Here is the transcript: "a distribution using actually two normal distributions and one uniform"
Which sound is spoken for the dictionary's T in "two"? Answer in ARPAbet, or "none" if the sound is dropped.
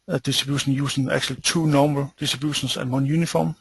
S